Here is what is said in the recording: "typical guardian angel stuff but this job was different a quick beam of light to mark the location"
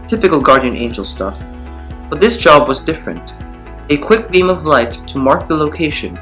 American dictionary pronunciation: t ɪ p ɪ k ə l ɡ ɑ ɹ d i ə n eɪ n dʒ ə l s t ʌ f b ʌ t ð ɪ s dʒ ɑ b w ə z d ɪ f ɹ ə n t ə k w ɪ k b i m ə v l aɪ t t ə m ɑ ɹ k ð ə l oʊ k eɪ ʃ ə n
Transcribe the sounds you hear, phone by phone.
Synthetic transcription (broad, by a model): t ɪ p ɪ k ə l ɡ ɑ ɹ d i ə n eɪ n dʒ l s t ʌ f b ʌ t ð ɪ s dʒ ɑ b w ə z d ɪ f ɹ ə n t ə k w ɪ k b i m ə v l aɪ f t ə m ɑ ɹ k ð ə l oʊ k eɪ ʃ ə n